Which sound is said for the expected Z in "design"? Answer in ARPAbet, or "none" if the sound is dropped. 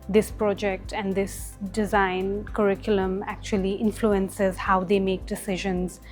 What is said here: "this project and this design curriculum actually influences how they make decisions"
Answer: Z